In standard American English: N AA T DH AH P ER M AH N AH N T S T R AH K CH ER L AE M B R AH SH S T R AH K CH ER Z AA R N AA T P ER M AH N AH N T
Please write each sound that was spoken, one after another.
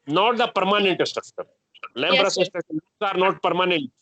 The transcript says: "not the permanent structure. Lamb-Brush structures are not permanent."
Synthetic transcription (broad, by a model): N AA T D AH P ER M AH N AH N T S T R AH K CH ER L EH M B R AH S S T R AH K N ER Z AA R N AA T P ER M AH N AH N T